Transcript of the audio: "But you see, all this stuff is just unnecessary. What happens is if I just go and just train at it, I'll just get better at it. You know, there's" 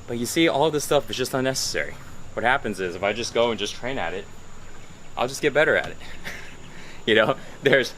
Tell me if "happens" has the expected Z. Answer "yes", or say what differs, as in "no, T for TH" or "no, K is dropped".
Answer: yes